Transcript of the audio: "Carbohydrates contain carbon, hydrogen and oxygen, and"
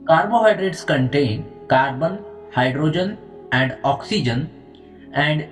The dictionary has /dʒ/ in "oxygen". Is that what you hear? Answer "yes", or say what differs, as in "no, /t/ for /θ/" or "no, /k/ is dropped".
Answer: yes